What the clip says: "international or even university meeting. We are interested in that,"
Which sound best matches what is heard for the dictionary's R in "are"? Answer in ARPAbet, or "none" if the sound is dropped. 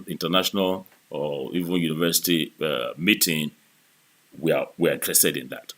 W